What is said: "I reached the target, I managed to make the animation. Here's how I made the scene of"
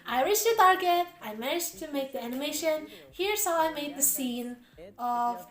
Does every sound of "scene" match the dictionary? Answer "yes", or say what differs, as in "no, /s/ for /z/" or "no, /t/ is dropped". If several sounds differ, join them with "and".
yes